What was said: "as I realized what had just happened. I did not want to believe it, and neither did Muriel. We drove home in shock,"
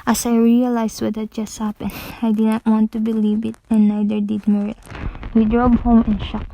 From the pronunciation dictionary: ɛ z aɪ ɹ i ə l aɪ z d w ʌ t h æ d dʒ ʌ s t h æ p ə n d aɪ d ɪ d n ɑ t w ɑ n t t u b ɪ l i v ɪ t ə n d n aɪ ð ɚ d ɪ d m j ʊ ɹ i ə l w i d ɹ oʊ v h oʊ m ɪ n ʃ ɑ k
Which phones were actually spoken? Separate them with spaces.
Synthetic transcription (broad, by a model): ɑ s aɪ ɹ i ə l aɪ s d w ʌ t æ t dʒ ʌ s t h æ p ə n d aɪ d ɪ d n ɑ t w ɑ n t t u b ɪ l i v ɪ t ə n n aɪ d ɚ d ɪ d m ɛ ɹ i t w i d ɹ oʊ b h oʊ m ɪ n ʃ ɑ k